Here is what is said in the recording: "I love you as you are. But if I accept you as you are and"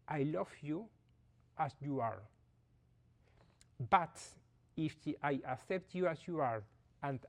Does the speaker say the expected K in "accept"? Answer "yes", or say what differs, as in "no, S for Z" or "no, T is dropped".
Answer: yes